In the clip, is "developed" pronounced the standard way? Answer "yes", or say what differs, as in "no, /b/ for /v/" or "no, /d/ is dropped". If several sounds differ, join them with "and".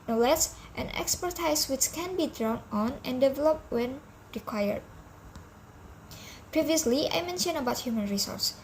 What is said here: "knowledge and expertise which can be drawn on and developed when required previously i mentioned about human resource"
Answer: yes